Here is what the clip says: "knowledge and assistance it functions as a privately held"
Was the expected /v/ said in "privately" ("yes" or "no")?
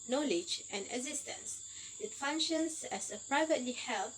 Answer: yes